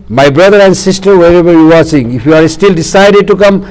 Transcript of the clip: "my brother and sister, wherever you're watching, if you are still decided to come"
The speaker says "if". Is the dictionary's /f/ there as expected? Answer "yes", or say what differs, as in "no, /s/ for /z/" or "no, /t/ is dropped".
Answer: no, /p/ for /f/